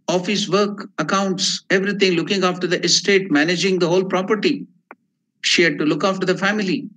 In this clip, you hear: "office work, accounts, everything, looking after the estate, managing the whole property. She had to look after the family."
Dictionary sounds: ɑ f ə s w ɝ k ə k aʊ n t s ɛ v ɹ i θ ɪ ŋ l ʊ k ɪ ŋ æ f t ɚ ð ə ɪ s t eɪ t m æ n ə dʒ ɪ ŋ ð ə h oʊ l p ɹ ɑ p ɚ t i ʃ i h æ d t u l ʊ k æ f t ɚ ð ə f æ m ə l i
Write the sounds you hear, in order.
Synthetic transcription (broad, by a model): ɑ f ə s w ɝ k ə k aʊ n t s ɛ v ɹ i t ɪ ŋ l ʊ k ɪ ŋ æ f t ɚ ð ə ɪ s t eɪ t m æ n ə dʒ ɪ ŋ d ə h oʊ l p ɹ ɑ p ɚ t i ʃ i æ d t u l ʊ k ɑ f t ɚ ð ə f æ m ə l i